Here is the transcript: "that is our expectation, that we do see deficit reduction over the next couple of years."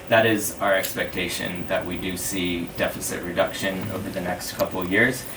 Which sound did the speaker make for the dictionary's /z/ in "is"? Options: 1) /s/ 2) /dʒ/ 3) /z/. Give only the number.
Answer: 3